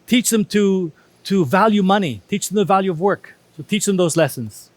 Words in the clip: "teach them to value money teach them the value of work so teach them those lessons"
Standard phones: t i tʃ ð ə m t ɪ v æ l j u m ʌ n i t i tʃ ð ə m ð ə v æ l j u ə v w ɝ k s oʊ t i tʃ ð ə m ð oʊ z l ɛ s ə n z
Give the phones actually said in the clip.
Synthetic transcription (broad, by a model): t i tʃ ð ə m t ɪ v æ l j u m ʌ n i t i tʃ ð ə m ð ə v æ l j u ə v w ɝ k s oʊ t i tʃ ð ə m ð oʊ z l ɛ s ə n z